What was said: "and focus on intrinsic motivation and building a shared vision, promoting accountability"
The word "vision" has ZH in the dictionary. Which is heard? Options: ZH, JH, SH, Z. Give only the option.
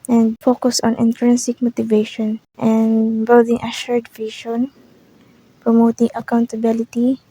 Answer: SH